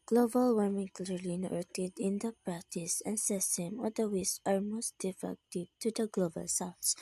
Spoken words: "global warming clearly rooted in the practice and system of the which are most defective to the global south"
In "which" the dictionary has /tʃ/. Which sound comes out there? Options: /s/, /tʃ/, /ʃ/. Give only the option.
/s/